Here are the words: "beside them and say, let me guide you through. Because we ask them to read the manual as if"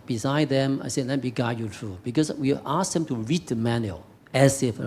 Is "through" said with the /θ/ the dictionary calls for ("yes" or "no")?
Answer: no